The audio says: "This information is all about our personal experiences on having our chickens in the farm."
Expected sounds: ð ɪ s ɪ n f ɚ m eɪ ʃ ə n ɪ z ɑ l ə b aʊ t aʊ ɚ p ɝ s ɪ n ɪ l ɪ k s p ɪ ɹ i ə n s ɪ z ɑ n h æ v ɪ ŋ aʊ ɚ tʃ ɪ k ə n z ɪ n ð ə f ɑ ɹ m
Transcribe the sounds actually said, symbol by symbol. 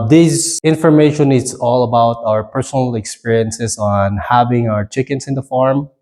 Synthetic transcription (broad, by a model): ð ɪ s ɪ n f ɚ m eɪ ʃ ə n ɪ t ɑ l ə b aʊ t aʊ ɚ p ɝ s ɪ n ɪ l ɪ k s p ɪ ɹ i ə n s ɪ s ɑ n h æ v ɪ ŋ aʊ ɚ tʃ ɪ k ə n s ɪ n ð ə f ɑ ɹ m